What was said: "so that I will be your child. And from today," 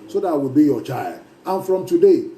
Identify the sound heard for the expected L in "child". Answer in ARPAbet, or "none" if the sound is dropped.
L